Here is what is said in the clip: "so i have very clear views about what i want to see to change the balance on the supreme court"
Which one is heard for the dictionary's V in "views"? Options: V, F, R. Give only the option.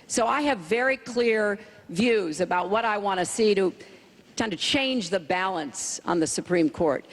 V